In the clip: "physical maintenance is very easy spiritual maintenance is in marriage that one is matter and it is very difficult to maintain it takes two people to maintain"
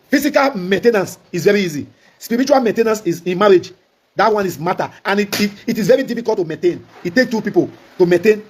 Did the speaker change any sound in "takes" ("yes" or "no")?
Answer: yes